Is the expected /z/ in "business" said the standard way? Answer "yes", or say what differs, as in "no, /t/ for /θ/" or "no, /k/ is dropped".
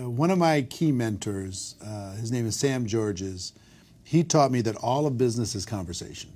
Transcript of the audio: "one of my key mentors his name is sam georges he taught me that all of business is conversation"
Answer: yes